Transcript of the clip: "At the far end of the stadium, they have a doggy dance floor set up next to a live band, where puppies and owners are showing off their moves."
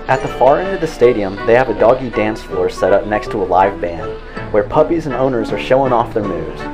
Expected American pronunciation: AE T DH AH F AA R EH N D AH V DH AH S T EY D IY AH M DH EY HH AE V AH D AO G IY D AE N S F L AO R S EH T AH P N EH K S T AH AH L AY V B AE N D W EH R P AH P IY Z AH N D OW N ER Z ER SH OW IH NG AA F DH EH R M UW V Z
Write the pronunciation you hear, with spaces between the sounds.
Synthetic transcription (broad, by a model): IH T DH AH F AA R EH N D AH V DH AH S T EY D IY AH M DH EY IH V AH D AO G IY D AE N S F AO R S EH T AH P N EH K S T AH AH L AY V B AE N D W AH R P AH P IY Z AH N OW N ER Z ER SH OW IH NG AA F DH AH R M UW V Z